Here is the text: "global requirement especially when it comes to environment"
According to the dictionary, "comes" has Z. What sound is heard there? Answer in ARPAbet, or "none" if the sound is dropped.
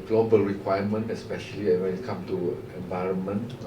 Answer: none